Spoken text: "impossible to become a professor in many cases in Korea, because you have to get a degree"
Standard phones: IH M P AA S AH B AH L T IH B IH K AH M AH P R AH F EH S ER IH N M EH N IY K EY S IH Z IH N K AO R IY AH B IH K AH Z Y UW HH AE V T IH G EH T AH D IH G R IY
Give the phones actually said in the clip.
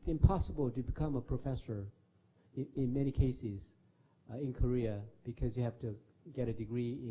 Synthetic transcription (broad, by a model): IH M P AA S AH B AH L T IH B IH K AH M AH P R AH F EH S ER IH N M EH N IY K EY S IH Z IH N K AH R IY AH B IH K AH Z Y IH HH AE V T IH G EH T AH D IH G R IY